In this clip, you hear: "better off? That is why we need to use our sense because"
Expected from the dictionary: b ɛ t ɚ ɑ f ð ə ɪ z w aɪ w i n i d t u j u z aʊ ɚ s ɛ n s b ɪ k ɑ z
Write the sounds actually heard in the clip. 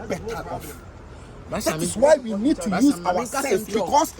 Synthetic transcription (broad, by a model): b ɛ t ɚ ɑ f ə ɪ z w aɪ w i n i d t u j u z aʊ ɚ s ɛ l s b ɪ k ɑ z